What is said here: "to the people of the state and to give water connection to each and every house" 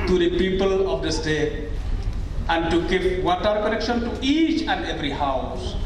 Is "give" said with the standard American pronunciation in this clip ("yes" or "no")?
yes